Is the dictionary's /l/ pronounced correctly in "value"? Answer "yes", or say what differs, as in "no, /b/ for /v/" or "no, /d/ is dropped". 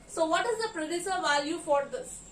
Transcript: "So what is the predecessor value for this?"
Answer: yes